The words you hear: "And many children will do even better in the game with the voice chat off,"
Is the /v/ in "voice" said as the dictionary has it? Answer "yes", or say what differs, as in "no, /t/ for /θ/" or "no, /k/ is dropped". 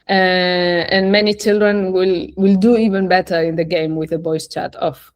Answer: no, /b/ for /v/